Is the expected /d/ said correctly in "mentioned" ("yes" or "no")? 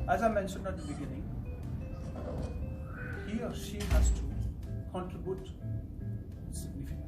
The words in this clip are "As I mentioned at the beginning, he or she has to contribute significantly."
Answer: yes